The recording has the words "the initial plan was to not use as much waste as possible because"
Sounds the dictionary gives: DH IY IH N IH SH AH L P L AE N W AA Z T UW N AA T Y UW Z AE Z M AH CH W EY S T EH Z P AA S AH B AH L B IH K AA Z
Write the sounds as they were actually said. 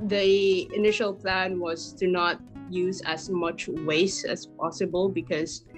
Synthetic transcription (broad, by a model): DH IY IH N IH SH AH L P L AE N W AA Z T UW N AA T Y UW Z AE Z M AH CH W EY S EH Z P AA S AH B AH L B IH K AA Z